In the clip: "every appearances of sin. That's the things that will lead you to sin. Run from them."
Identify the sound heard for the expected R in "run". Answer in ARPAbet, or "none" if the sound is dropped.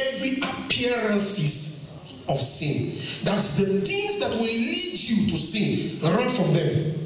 R